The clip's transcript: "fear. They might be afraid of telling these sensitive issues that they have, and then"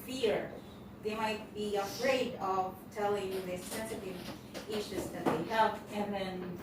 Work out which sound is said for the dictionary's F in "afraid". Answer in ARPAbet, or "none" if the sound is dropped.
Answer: F